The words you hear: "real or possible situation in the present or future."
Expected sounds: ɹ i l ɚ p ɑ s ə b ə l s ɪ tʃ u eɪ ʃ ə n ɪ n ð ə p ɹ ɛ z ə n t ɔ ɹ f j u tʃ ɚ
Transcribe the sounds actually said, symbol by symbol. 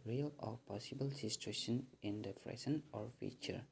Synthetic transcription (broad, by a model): ɹ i l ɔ p ɑ s ə b ə l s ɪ s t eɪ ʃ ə n ɪ n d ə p ɹ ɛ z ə n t ɔ ɹ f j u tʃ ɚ